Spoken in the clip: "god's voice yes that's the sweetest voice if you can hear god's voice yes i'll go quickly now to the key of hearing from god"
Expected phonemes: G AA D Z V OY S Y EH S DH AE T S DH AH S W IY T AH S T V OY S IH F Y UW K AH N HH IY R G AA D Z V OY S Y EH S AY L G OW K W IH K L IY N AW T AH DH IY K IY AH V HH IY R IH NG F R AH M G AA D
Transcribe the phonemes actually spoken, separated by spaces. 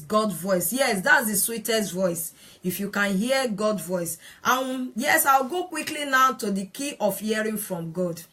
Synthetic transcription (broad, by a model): G AA D V OY S Y EH S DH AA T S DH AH S W IY T AH S T V OY S IH F Y UW K AH N HH IY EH G AA D V OY S Y EH S AY W G OW K W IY K L IY N AW T AH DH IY K IY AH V HH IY R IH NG F R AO M G AA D